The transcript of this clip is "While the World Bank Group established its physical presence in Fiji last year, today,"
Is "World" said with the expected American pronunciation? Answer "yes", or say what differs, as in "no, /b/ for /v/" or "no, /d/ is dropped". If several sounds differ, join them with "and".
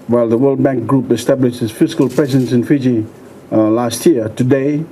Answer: yes